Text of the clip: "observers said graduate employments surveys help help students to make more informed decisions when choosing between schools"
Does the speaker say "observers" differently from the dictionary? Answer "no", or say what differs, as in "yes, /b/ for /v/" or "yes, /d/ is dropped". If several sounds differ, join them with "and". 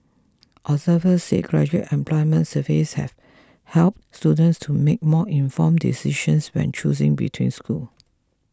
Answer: yes, /b/ is dropped